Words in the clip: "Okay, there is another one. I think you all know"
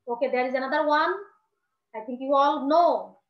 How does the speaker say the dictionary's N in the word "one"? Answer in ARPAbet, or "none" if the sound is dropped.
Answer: N